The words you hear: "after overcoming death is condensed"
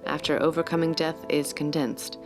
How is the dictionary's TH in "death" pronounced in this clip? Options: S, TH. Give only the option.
TH